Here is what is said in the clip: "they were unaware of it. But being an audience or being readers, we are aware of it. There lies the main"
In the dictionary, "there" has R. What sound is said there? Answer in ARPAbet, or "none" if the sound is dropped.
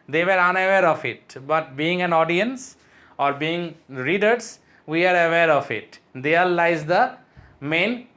L